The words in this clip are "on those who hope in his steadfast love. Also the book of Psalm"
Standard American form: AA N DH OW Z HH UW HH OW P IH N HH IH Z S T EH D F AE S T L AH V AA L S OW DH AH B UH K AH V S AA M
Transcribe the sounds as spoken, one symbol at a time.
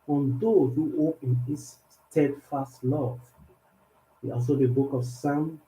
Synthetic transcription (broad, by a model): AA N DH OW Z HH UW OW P IH N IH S T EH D F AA S T L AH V AA L S OW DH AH B UH K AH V S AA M